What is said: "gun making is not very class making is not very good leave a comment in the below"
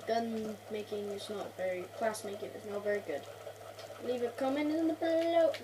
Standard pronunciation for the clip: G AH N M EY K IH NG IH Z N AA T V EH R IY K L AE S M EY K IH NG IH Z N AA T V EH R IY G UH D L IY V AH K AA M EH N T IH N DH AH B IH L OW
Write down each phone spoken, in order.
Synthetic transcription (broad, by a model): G AH N M EY K IH NG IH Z N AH T V EH R IY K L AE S M EY K IH NG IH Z N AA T V EH R IY G UH D L IY V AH K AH M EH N IH N DH AH B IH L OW